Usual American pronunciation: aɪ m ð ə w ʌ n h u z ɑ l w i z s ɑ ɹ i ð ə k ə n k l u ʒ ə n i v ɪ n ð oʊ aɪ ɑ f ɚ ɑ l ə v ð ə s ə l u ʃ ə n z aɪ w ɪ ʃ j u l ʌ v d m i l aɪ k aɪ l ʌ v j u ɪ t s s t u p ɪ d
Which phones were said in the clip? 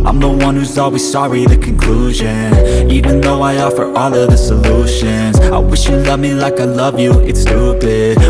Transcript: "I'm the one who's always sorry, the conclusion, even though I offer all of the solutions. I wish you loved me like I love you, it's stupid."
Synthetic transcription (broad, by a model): aɪ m ð ə w ʌ n h u z ɑ l w i z s ɑ ɹ i ð ə k ə n k l u ʒ ə n i v ɪ n ð oʊ aɪ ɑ f ɚ ɑ l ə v ð ə s ə l u ʃ ə n z aɪ w ɪ ʃ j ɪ l ʌ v m i l aɪ k aɪ l ʌ v j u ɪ t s s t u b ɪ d